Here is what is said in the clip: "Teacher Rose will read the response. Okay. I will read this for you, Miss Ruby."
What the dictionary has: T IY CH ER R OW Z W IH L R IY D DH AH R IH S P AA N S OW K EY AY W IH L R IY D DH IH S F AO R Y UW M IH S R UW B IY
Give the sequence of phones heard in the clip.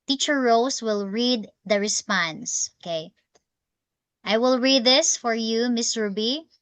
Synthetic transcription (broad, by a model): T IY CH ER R OW S W IH L R IY D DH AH R IH S P AA N S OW K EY AY W IH L R IY D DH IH S F AO R Y UW M IH S R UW B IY